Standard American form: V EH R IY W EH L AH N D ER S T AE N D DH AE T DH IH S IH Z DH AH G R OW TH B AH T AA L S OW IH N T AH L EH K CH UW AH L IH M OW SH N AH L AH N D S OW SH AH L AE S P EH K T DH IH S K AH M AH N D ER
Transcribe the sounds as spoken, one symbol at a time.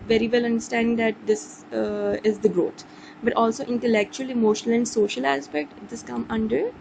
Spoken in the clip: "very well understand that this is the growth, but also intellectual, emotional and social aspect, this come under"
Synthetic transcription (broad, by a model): V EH R IY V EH L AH N D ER S T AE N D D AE T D IH S IH Z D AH G R OW T B AH T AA L S OW IH N T AH L EH K CH UW AH L IH M OW SH N AH L AH N D S OW SH AH L AE S P EH K T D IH S K AH M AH N D ER